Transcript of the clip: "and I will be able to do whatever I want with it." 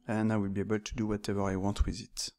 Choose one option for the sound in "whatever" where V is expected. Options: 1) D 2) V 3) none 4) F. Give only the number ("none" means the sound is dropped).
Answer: 2